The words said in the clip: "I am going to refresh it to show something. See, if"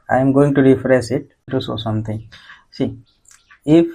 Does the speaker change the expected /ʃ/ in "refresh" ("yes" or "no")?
yes